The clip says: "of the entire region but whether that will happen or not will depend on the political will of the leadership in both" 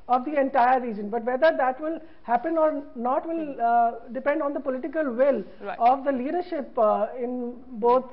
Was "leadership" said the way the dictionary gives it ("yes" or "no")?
yes